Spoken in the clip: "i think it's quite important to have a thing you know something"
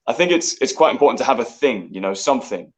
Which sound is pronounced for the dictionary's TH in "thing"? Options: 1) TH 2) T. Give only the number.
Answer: 1